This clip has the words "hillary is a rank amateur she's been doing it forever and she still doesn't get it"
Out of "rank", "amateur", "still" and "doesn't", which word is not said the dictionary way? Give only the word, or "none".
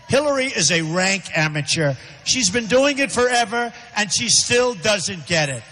none